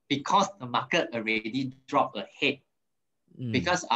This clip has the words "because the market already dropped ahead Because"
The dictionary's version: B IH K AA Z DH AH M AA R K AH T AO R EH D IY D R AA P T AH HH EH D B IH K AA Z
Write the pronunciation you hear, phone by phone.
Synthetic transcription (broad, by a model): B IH K AA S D AH M AA K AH T AO R EH D IY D R AA P AH HH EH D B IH K AA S